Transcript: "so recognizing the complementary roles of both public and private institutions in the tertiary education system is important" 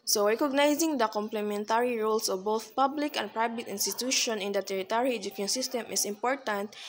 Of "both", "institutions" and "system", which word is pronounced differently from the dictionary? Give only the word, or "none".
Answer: institutions